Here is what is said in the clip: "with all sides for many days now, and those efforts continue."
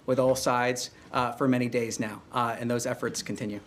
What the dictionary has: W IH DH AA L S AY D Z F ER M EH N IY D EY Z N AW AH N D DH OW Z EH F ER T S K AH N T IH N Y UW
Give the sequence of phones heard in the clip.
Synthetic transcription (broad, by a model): W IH DH AA L S AY D Z F ER M EH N IY D EY Z N AW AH N DH OW Z EH F ER T S K N T IH N Y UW